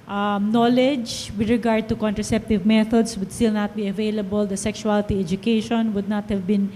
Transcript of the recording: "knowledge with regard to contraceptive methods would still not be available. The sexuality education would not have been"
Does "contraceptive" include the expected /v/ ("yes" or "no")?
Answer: yes